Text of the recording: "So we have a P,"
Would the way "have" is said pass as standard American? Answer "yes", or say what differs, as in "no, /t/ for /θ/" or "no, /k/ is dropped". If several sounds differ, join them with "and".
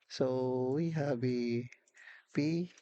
no, /b/ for /v/